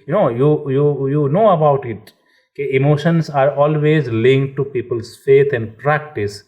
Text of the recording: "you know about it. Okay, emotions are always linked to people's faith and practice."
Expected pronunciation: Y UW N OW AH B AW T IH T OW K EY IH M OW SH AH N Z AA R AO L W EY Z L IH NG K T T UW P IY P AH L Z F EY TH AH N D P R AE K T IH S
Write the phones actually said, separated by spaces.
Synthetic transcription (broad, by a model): Y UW N OW AH B AW T IH T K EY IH M OW SH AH N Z AA R AO L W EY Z L IH NG K T T UW P IY P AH L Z F EY T AH N D P R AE K T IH S